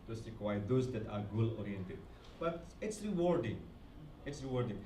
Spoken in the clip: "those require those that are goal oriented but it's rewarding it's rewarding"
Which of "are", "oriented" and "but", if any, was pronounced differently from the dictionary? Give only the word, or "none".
none